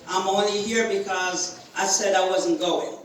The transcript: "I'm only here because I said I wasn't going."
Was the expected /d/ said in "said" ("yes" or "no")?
yes